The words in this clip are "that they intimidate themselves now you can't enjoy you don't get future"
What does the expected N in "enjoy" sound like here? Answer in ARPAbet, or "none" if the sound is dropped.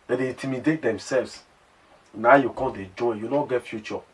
none